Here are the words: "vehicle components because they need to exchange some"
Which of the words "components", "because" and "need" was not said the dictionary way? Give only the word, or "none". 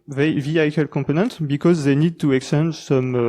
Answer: components